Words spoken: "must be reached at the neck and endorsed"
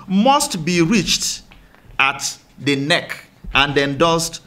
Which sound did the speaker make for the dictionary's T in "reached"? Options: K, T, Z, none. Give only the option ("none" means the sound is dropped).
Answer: T